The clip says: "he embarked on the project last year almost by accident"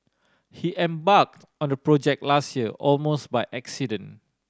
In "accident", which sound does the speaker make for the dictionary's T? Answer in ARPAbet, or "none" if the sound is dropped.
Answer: none